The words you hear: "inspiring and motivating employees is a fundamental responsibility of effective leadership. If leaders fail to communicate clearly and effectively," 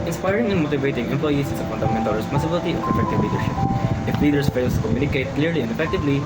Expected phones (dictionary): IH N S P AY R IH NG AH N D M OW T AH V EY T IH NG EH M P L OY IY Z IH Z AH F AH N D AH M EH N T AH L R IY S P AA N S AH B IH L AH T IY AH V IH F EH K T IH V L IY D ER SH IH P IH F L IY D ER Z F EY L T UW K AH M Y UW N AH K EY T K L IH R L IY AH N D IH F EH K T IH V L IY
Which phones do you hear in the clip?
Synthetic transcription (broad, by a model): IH N S P AY R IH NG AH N M OW T AH V EY T IH NG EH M P L OY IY S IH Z AH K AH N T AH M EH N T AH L R IY S P AA N S AH B IH L AH T IY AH P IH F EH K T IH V L IY D ER SH IH P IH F L IY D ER S F EY L T UW K AH M Y UW N AH K EY T K L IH R L IY AH N D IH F EH K T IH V L IY